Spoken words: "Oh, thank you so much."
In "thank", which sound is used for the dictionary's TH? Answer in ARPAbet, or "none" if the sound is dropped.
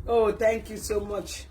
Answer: T